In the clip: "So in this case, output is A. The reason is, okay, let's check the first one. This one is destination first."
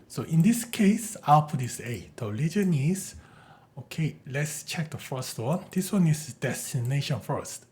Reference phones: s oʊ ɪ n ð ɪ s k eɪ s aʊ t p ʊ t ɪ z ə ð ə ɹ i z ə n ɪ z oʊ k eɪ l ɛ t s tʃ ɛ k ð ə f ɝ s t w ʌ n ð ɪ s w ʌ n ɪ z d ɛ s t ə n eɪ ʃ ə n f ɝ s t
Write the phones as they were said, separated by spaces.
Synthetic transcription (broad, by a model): s oʊ ɪ n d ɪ s k eɪ s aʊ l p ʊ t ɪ s ə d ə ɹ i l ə n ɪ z oʊ k eɪ l ɛ t s tʃ ɛ k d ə f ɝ s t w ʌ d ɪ s w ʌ n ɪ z d ɛ s t ə n eɪ ʃ ə n f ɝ s t